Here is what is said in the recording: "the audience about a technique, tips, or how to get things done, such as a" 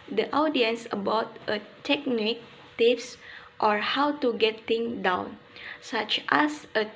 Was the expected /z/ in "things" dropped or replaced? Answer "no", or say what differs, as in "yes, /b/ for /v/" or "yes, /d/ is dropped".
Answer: yes, /z/ is dropped